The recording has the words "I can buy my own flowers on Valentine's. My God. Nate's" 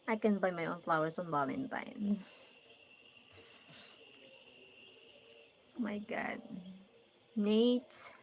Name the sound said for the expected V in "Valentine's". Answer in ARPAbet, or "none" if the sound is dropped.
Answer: B